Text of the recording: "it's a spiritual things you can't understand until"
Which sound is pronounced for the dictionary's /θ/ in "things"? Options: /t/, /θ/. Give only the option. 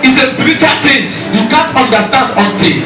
/t/